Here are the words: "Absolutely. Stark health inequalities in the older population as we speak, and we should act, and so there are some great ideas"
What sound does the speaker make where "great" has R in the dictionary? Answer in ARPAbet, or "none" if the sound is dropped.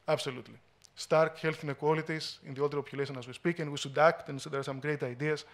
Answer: R